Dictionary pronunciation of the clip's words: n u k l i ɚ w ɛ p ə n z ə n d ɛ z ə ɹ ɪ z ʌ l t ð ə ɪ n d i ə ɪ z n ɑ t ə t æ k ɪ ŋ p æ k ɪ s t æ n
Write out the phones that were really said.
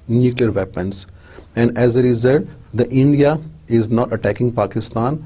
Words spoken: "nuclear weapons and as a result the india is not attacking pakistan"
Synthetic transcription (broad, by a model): n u k l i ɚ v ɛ p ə n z ə n d ɛ z ə ɹ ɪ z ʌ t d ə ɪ n d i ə ɪ z n ɑ t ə t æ k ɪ ŋ p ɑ k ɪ s t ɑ n